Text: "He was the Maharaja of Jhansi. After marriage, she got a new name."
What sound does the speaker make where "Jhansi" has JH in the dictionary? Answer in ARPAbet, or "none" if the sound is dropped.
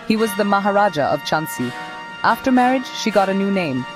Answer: CH